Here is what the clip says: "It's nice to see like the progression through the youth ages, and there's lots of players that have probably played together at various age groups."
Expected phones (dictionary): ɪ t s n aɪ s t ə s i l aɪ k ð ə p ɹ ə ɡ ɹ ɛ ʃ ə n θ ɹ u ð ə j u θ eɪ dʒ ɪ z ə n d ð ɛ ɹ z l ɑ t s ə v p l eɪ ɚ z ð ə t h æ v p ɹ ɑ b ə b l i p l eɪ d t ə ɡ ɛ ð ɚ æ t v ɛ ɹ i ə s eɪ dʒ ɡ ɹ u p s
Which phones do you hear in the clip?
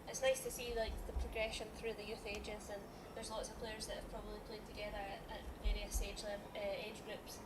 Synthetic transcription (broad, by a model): ɪ t s n aɪ s t ə s i l aɪ k ð ə p ɹ ə ɡ ɹ ɛ ʃ ə n θ ɹ u ð ə j u θ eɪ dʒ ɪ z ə n ð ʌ ɹ z l ɑ t s ə v p l eɪ ɚ z ð ə t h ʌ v p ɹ ɑ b ə b l i p l eɪ d t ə ɡ ɛ ð ɚ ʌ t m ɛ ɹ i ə s eɪ dʒ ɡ ɹ u p s